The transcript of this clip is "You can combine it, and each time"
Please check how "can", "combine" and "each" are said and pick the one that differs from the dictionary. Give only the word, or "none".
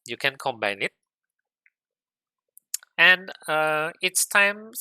each